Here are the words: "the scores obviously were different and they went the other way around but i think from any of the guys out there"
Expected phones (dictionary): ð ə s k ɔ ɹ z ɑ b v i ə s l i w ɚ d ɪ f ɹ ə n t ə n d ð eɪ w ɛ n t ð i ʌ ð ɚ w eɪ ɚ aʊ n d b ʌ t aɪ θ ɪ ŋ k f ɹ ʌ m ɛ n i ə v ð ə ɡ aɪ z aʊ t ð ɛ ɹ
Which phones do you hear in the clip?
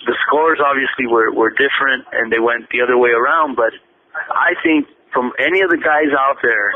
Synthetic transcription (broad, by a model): ð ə s k ɔ ɹ z ɑ b v i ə s l i w ɚ d ɪ f ɹ ə n t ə n ð eɪ w ɛ n t ð i ʌ ð ɚ w eɪ ɚ aʊ n d b ʌ t aɪ θ ɪ ŋ k f ɹ ʌ m ɛ n i ə v ð ə ɡ aɪ z aʊ t ð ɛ ɹ